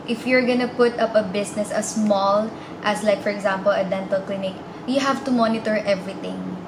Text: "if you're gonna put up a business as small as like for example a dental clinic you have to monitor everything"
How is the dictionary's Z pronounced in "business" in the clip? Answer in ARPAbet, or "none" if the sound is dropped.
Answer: S